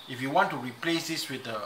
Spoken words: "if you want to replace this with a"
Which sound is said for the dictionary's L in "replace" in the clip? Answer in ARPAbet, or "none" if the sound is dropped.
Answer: L